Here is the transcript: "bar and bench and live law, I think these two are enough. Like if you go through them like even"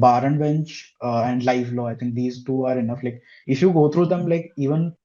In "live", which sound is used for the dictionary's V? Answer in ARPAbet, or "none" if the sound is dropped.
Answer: F